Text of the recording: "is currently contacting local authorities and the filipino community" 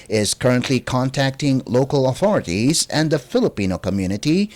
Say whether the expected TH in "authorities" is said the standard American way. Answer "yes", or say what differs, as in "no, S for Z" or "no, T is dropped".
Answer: yes